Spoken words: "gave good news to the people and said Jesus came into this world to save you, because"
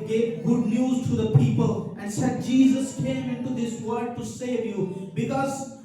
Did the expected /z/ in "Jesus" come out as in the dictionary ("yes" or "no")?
yes